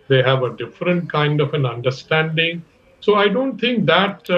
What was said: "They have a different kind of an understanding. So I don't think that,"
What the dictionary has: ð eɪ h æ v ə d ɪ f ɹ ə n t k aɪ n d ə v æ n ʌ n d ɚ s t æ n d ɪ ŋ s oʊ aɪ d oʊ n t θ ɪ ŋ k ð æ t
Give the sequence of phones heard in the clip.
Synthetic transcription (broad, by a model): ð eɪ h æ v ə d ɪ f ɹ ə n t k aɪ n d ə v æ n ʌ n d ɚ s t æ n d ɪ ŋ s oʊ aɪ d oʊ n t t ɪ ŋ k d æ t